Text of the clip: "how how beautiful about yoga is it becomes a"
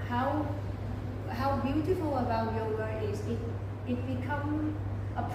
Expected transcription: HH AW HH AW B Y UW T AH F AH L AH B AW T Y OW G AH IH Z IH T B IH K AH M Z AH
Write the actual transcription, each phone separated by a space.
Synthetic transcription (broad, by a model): HH AW HH AW B Y UW T AH F AH L AH B AW T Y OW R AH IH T IH T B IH K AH M AH